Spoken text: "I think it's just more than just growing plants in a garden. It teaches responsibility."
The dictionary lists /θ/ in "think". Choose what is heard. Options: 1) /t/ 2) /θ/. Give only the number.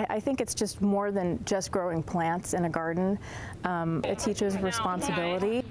2